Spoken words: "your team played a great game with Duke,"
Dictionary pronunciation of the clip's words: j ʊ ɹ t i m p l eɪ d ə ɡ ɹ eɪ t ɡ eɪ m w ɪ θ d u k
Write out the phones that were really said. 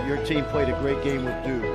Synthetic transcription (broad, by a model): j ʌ ɹ t i m p l eɪ d ə ɡ ɹ eɪ t ɡ eɪ m w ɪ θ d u